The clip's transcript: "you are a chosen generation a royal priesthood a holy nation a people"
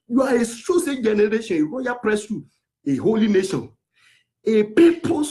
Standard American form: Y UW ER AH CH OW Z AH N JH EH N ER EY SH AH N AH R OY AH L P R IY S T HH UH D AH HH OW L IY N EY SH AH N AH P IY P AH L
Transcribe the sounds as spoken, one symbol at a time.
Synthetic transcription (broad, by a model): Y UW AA AH S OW S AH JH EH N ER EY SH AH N AH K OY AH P R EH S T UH AH HH OW L IY N EY SH AH N AH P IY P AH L